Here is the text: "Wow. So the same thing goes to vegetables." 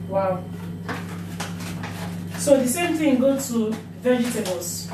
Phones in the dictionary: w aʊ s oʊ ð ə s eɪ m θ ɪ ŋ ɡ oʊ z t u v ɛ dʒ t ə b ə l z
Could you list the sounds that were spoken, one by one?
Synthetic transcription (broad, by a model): w aʊ s oʊ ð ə s eɪ m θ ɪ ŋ ɡ oʊ t u v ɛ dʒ t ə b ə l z